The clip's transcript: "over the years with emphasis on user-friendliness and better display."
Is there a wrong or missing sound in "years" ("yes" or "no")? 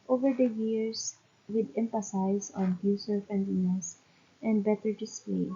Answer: yes